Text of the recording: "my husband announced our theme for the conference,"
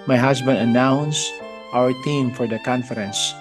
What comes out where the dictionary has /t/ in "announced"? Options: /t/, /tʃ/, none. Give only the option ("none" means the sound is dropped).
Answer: /t/